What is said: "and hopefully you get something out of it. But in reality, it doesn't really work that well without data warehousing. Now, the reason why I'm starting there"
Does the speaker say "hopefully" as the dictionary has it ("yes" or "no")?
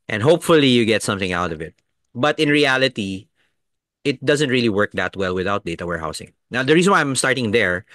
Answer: yes